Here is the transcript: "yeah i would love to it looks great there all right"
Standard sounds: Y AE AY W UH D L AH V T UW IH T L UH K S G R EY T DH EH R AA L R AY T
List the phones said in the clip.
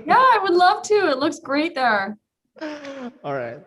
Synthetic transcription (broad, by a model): Y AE AY W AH D L AH V T UW IH T L UH K S G R EY T DH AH R AA L R AY T